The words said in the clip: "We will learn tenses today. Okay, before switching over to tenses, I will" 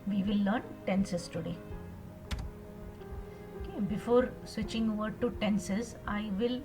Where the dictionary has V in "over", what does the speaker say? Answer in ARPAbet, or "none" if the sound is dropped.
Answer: V